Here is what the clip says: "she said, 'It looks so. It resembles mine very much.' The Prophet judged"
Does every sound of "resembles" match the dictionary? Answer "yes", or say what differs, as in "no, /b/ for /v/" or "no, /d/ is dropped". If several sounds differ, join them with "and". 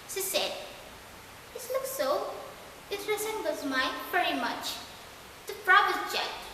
no, /l/ is dropped